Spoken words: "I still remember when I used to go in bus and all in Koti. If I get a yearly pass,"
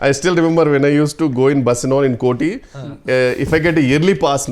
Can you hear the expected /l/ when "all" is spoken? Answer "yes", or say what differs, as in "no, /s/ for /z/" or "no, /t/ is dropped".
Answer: no, /n/ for /l/